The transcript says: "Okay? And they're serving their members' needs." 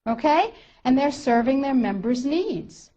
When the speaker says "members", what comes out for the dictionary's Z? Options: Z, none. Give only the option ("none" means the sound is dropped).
Z